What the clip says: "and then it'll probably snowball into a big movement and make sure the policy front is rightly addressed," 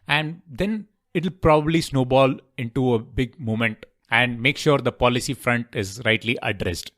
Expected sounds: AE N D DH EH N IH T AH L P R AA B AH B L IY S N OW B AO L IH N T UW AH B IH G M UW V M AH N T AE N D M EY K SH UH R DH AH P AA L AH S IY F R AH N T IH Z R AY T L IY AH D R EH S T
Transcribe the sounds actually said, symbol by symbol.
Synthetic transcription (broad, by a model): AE N D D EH N IH T AH L P R AA B AH B L IY S N OW B AO L IH N T UW AH B IH G M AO M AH N T AE N D M EY K SH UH R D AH P AA L AH S IY F R AH N T IH Z R AY T L IY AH D R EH S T